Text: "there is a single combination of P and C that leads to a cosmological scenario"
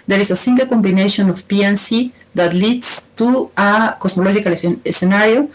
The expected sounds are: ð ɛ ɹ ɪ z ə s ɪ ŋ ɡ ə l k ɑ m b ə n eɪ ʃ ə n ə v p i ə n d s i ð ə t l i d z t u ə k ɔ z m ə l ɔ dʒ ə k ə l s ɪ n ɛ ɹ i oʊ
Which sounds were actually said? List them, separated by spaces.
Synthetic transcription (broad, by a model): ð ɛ ɹ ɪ s ə s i ŋ ɡ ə l k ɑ m b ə n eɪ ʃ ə n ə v p i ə n s i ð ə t l i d s t u ə k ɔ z m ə l ɔ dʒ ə k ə l s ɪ n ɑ ɹ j oʊ